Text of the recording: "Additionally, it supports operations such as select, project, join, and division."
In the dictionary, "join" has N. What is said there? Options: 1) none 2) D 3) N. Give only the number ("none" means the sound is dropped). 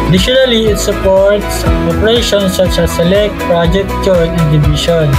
1